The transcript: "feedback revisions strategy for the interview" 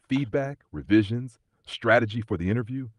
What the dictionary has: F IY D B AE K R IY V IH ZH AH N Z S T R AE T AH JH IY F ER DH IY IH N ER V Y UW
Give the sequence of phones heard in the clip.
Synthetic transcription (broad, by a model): F IY D B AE K R IY V IH ZH AH N Z S T R AE T AH JH IY F ER DH IY IH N ER V Y UW